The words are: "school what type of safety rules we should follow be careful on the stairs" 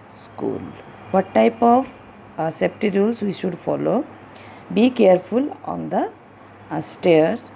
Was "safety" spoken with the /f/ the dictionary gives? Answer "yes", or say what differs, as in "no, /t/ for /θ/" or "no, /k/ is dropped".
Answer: no, /p/ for /f/